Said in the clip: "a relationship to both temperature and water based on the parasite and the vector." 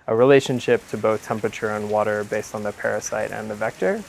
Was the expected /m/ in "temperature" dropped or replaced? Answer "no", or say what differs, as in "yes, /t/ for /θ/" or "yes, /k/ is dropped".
no